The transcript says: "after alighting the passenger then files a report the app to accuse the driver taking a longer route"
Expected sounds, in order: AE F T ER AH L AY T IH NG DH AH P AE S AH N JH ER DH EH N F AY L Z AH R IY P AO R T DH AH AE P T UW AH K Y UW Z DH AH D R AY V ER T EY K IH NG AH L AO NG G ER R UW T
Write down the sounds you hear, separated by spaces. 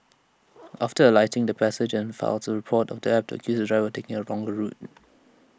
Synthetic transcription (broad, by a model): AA F T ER AH L AY T IH NG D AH P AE S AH JH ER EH N F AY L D AH R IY P AO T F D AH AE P T UW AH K Y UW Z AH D R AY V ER T EY K IH NG AH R AO NG G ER R UW T